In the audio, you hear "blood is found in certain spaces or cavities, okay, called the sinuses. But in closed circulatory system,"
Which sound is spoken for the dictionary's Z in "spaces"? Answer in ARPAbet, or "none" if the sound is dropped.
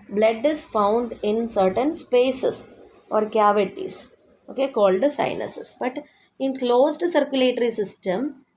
S